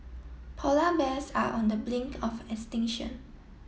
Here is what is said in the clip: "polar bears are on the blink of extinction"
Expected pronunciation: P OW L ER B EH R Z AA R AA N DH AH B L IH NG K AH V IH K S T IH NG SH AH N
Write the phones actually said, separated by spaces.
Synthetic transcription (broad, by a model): P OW L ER B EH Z AA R AA N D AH B L IH NG K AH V IH K S T IH NG SH AH N